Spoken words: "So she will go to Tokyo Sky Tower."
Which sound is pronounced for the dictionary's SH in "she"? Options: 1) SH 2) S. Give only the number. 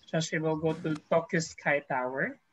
2